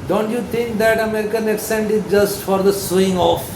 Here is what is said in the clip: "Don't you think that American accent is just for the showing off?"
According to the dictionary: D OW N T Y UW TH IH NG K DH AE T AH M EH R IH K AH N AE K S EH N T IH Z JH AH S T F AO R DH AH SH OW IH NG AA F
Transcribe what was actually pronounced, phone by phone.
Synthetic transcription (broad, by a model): D OW N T Y UW T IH NG K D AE T AH M EH R IH K AH N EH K S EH N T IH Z JH AH S T F AO R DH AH S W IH NG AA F